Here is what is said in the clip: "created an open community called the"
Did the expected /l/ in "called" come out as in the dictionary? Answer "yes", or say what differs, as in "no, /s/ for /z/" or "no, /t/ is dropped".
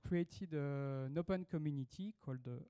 yes